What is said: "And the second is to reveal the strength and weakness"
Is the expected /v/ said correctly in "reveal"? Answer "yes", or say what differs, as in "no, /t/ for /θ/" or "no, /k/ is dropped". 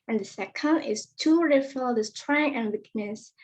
no, /f/ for /v/